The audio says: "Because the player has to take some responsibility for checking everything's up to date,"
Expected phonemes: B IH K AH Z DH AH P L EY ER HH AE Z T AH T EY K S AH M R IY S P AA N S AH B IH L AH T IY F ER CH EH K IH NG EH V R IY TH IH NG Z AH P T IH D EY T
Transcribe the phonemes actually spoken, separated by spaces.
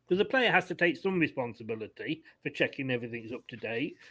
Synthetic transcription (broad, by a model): K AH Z DH AH P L EY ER HH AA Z T AH T EY K S AH M R IY S P AA N S AH B IH L AH T IY F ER CH EH K IH NG EH V R IY TH IH NG Z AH P T IH D EY T